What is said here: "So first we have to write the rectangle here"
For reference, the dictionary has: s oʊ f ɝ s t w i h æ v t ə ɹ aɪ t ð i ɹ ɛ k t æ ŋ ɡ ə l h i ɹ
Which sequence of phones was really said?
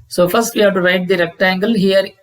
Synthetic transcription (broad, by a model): s oʊ f ɝ s t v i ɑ p t ə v aɪ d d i ɹ ɛ k t æ ŋ ɡ ə l h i ɹ